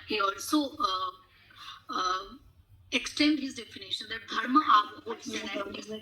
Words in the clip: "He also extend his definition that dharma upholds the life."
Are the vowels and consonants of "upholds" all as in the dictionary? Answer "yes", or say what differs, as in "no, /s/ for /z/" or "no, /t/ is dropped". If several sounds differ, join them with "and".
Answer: no, /l/ is dropped